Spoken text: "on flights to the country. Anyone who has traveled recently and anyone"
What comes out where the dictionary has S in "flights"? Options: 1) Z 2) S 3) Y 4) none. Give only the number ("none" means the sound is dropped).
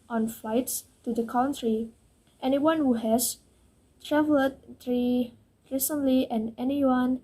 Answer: 2